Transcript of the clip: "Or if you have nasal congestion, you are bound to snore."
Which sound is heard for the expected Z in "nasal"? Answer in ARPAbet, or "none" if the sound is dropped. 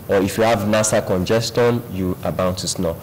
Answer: S